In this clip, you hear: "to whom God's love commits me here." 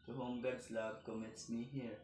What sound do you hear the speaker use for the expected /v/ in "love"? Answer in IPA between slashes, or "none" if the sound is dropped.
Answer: /b/